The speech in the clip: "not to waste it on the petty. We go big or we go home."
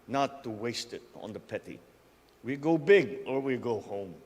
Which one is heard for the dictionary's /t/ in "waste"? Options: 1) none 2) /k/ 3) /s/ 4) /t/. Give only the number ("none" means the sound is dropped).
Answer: 4